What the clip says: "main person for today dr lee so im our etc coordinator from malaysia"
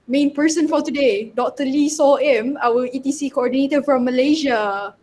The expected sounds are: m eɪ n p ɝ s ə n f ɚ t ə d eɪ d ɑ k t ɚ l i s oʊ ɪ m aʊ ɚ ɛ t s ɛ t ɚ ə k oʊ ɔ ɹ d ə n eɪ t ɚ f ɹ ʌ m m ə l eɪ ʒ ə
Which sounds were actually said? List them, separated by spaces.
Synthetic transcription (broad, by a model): m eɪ n p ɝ s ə n f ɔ t ə d eɪ d ɑ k t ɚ l i s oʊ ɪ m aʊ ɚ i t i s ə k oʊ ɔ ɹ d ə n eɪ t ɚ f ɹ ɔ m m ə l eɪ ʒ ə